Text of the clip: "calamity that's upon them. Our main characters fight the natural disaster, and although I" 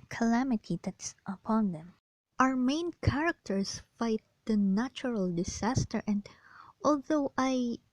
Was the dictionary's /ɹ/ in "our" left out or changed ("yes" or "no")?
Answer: no